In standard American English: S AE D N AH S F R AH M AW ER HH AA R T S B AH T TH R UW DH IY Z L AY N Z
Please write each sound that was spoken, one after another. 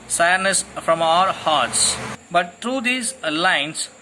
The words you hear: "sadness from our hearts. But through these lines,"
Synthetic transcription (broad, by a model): S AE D N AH S F R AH M AW ER HH AA R T S B AH T T R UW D IY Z L AY N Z